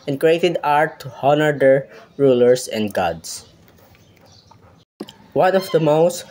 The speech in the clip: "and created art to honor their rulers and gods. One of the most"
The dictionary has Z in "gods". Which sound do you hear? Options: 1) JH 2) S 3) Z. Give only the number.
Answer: 2